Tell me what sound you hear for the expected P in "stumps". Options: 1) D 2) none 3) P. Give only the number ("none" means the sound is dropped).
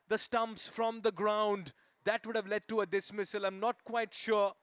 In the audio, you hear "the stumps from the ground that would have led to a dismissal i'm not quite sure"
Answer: 3